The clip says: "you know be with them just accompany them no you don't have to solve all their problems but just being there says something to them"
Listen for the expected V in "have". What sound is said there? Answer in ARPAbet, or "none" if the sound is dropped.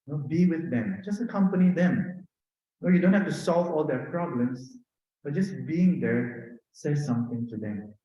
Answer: F